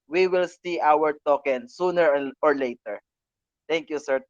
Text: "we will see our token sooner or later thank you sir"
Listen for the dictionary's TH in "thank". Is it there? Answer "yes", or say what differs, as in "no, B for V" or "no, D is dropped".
no, T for TH